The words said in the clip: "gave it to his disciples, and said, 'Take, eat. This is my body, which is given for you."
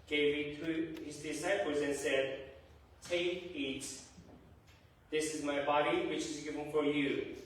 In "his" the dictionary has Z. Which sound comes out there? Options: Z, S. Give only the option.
Z